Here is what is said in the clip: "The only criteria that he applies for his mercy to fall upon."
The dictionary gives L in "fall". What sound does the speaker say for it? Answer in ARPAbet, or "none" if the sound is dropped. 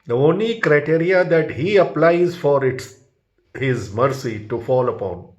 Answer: L